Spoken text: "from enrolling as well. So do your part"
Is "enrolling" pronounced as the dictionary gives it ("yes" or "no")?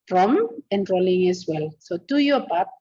yes